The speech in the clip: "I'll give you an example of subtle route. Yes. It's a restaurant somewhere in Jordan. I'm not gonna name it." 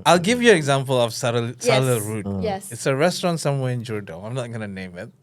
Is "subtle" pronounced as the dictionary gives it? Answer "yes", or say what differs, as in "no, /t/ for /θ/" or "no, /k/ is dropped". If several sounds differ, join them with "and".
no, /s/ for /t/